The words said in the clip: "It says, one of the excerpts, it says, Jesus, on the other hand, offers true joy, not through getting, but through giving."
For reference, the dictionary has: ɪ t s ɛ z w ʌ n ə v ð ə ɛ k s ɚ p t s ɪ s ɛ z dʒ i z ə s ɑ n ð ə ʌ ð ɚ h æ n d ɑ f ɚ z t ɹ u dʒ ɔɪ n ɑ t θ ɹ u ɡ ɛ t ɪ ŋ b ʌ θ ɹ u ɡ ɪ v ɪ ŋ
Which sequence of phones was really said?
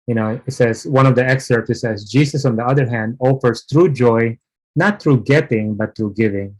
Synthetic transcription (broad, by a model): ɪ t s ɛ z w ʌ n ə v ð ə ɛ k s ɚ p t ɪ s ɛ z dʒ i s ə s ɑ n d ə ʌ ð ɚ h æ n d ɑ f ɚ s t ɹ u dʒ ɔɪ n ɑ t ɹ u ɡ ɛ t ɪ ŋ b ʌ t ɹ u ɡ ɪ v ɪ ŋ